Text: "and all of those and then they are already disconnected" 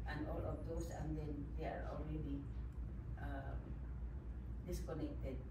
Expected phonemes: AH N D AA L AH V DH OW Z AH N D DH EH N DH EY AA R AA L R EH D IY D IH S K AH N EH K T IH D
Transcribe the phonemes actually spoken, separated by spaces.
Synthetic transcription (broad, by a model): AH N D AA L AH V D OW S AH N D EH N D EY AA R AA L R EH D IY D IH S K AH N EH K T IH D